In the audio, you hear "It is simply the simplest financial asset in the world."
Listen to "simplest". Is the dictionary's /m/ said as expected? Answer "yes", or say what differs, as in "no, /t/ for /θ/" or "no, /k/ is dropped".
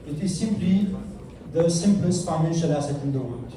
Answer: yes